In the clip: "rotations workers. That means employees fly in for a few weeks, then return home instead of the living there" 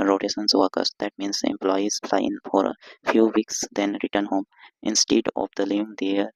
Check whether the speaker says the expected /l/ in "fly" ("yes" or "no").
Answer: no